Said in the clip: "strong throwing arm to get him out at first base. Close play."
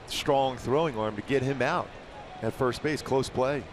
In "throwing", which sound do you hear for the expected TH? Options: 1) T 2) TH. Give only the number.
2